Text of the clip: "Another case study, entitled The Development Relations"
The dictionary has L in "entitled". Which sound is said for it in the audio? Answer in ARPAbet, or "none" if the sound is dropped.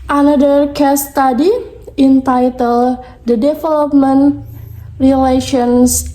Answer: L